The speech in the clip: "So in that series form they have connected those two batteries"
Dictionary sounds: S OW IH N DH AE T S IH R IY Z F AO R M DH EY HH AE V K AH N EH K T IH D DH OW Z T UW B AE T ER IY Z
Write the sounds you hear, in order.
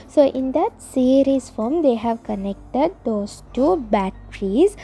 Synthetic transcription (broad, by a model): S OW IH N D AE T S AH R IY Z F AO R M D EY HH AE V K AH N EH K T IH D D OW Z T UW B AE T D IY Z